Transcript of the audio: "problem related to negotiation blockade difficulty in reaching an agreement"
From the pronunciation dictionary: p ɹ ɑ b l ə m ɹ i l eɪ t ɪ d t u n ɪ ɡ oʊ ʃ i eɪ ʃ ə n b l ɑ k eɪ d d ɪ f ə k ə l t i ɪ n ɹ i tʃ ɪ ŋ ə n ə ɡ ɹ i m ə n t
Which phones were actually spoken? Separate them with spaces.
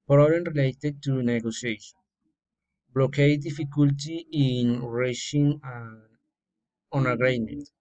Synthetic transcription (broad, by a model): p ɹ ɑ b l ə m ɹ i l eɪ t ɪ d t u n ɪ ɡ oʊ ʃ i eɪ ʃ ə n b l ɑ k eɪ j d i f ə k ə l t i ɪ n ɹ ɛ ʃ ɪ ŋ ə n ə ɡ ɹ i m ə n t